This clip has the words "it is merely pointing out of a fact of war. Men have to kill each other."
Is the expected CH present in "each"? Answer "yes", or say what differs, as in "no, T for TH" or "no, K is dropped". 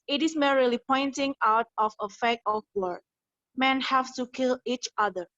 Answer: yes